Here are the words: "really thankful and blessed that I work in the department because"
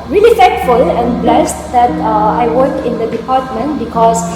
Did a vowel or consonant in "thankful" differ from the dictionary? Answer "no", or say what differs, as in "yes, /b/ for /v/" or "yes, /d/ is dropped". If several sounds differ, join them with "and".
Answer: yes, /f/ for /θ/